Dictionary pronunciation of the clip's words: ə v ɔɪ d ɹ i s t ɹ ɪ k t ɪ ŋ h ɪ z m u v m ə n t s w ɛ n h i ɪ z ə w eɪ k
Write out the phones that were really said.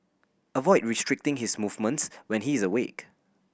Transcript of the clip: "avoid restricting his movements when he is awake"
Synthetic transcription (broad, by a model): ə v ɔɪ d ɹ i s t ɹ ɪ k t ɪ ŋ h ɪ s m u v m ə n t s w ɛ n h i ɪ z ə w eɪ k